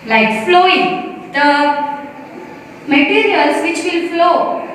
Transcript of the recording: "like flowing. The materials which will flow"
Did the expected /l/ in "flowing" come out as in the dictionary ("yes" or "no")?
yes